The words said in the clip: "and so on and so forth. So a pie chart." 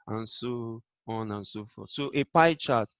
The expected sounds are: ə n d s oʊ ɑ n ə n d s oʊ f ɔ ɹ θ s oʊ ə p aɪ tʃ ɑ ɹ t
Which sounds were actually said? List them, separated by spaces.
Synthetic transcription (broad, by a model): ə n s oʊ ɑ n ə n s oʊ f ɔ s oʊ ə p aɪ tʃ ɑ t